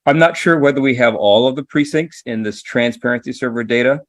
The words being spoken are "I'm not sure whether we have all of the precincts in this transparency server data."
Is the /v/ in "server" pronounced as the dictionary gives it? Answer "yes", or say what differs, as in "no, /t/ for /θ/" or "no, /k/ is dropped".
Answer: yes